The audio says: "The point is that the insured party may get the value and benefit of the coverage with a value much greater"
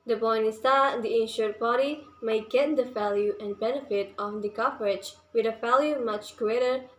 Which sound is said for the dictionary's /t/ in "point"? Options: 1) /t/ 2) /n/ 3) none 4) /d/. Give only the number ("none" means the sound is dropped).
3